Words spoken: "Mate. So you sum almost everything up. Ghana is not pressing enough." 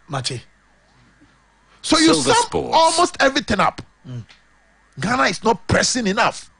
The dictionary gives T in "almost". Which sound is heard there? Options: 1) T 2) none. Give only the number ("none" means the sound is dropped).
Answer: 1